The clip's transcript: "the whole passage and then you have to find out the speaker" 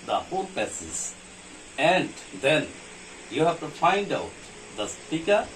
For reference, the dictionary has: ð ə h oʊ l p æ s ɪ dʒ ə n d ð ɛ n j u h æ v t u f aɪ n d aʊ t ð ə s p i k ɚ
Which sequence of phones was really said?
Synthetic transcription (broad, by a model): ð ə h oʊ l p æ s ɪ z ə n d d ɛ n j u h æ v t u f aɪ n d aʊ t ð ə s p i k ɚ